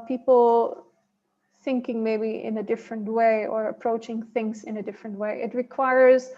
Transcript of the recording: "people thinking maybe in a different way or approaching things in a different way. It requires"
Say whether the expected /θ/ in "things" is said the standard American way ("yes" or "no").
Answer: yes